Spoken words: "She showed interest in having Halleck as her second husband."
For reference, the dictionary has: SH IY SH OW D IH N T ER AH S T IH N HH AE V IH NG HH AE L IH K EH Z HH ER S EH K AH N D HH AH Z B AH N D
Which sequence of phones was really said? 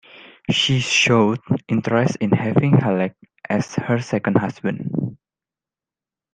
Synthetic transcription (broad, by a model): SH IY SH OW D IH N T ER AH S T IH N HH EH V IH NG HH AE L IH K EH S HH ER S EH K AH N D HH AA S B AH N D